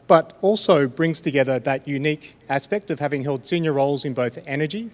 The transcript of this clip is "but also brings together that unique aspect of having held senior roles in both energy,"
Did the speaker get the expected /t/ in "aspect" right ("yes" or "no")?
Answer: yes